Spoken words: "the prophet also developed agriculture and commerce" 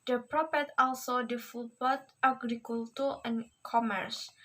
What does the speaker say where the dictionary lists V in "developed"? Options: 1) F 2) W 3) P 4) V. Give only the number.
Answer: 1